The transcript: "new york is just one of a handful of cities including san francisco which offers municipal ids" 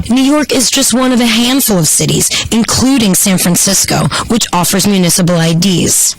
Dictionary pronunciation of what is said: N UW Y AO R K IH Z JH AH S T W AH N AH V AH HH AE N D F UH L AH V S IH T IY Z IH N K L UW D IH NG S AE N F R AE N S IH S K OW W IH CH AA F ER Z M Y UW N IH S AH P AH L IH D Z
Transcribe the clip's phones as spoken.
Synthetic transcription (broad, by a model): N UW Y AO R K IH Z JH AH S T W AH N AH V AH HH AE N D F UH L AH V S IH T IY Z IH N K L UW D IH NG S AE N F R AE N S IH S K OW W IH CH AA F ER Z M Y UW N IH S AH P L IH D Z